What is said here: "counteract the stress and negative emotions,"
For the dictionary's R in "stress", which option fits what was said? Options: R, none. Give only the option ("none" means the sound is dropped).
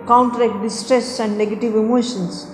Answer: R